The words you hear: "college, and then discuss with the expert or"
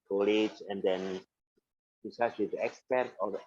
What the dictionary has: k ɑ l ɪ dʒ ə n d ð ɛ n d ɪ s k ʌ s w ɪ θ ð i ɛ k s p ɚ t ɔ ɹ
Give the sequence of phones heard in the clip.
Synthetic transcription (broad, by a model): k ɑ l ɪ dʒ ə n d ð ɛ n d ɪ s ʌ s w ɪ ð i ɛ k s p ɚ t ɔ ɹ